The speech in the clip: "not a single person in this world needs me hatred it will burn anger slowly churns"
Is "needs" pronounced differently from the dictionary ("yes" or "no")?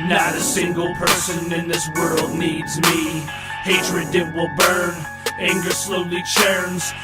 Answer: no